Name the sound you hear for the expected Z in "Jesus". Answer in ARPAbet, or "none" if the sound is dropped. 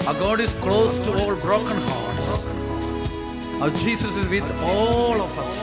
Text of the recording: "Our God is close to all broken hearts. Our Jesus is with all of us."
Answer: S